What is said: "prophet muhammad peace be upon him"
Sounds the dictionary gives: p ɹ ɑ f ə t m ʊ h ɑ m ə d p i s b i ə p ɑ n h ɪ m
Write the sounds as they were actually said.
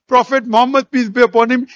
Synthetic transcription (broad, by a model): p ɹ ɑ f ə t m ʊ h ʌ m ə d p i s b i ə p ɑ n h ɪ m